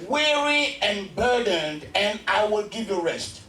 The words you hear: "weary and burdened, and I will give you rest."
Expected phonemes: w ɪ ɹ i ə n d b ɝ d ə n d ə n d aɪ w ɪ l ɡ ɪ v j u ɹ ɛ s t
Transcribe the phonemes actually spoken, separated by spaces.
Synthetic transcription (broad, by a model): w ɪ ɹ i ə n b ɝ d ə n d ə n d aɪ w ɪ l ɡ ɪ v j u ɹ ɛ s t